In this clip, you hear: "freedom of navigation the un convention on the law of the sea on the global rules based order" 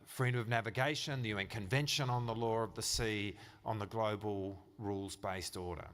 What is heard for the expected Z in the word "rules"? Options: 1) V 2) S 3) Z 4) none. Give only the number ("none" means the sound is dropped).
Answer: 3